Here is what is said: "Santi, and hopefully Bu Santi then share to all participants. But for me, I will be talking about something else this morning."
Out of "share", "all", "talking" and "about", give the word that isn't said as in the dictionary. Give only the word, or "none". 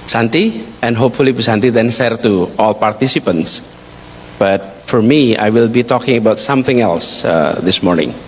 share